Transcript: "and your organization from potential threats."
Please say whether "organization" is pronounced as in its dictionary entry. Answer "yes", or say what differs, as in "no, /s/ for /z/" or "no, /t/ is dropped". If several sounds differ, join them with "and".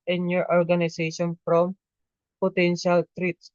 no, /s/ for /z/